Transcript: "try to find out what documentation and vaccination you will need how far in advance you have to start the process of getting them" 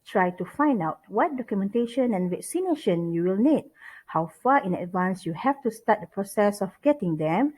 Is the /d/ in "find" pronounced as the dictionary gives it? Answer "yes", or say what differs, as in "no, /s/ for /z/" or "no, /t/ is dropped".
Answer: yes